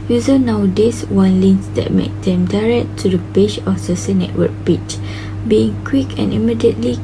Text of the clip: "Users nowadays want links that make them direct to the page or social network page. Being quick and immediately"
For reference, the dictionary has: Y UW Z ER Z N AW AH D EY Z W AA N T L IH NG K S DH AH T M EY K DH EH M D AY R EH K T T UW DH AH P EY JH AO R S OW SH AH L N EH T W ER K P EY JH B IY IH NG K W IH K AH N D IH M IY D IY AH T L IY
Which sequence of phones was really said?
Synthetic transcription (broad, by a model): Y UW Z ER N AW D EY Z W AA N L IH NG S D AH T M EY K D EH M D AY R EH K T T UW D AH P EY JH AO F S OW S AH N EH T W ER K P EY CH B IY IH NG K W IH K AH N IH M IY D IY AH T L IY